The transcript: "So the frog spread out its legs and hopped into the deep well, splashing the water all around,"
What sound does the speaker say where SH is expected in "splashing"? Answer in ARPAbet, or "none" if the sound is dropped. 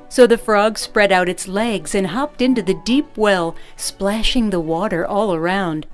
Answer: SH